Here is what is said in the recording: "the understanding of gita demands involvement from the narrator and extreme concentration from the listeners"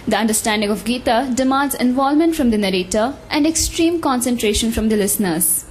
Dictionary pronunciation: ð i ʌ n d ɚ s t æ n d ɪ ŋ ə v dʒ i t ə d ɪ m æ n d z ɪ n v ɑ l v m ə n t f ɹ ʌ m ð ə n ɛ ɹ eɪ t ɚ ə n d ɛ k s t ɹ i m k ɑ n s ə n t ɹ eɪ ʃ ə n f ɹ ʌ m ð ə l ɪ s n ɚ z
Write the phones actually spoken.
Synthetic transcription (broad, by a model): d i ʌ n d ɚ s t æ n d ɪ ŋ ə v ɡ i t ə d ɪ m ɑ n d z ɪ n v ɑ l m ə n t f ɹ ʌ m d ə n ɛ ɹ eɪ t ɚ ə n d ɛ k s t ɹ i m k ɑ n s ə n t ɹ eɪ ʃ ə n f ɹ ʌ m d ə l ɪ s n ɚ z